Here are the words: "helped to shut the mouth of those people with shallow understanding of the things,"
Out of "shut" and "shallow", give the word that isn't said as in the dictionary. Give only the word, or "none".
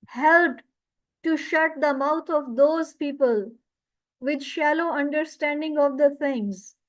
none